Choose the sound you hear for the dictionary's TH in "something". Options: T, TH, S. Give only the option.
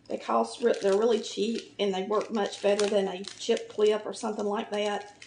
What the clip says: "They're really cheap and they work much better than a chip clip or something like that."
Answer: TH